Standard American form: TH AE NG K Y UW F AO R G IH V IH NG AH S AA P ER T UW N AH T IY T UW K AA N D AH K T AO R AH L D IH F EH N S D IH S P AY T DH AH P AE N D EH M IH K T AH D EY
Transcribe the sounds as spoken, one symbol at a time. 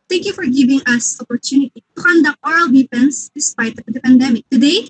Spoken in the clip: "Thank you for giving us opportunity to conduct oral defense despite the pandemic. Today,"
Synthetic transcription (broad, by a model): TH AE NG K Y UW F AO R G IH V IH NG AH S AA P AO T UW N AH T IY T UW K AA N D AH K T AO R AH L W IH P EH N S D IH S P AY T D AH P AE N D EH M IH K T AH D EY